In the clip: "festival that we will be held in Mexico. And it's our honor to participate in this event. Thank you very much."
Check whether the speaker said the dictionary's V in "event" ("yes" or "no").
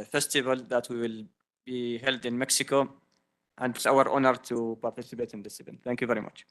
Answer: no